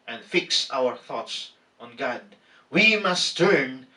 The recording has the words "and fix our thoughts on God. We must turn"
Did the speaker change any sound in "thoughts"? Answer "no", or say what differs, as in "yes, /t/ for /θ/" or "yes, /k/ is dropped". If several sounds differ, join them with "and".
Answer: no